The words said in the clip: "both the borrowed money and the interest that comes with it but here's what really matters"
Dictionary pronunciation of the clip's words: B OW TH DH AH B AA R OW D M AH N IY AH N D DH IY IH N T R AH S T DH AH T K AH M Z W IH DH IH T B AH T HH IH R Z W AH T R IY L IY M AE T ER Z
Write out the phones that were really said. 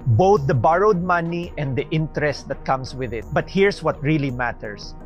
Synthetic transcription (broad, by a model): B OW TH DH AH B AA R OW D M AH N IY AH N D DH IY IH N T R AH S T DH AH T K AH M S W IH DH IH T B AH T HH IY R S W AH T R IY L IY M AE T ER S